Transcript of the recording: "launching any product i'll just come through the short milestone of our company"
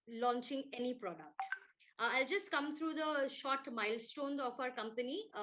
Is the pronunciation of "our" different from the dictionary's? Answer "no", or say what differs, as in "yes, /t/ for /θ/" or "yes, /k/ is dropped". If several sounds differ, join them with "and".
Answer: no